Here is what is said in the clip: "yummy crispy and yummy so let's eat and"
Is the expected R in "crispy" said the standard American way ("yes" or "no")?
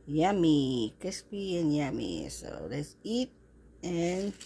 no